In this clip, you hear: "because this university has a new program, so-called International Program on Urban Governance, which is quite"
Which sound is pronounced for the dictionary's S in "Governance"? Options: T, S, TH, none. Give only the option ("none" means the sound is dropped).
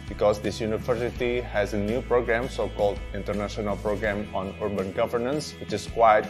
S